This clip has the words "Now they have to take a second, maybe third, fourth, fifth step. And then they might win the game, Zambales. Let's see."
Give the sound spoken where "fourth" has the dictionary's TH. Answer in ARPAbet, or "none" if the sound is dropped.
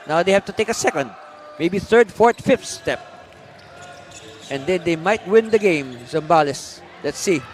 T